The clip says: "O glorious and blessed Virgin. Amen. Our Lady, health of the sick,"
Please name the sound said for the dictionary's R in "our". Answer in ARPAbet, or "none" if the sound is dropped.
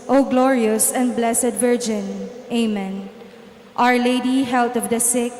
R